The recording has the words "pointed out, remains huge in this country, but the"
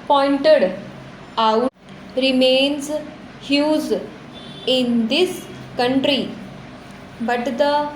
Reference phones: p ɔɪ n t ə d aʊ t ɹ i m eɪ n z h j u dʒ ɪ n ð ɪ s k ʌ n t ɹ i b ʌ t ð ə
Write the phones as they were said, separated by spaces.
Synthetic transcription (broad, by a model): p ɔɪ n t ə d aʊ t ɹ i m eɪ n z h j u z ɪ n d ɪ s k ʌ n t ɹ i b ʌ t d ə